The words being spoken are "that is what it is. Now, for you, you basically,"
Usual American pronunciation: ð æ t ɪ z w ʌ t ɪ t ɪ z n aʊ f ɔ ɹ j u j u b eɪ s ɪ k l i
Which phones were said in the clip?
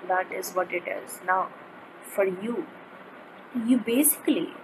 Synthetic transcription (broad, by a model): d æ t ɪ z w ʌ t ɪ t ɪ z n aʊ f ɔ ɹ j u j u b eɪ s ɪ k l i